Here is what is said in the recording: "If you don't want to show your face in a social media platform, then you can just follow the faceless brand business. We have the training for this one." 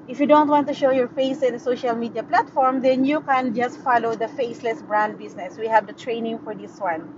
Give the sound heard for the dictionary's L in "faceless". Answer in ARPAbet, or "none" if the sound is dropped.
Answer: L